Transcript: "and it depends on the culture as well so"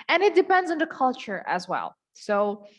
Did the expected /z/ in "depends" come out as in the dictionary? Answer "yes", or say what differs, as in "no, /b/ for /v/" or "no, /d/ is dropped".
yes